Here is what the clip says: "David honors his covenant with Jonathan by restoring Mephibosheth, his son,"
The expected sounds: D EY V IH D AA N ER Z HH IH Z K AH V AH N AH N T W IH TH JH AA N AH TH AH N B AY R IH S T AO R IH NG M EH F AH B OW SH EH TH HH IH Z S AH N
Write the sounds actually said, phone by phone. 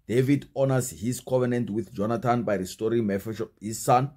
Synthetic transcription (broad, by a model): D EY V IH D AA N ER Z HH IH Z K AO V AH N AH N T W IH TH JH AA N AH T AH N B AY R IH S T AO R IH NG M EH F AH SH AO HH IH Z S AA N